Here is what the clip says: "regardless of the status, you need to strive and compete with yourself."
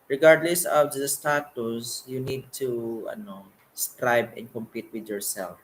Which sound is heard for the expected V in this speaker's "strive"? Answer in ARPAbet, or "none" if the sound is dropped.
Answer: B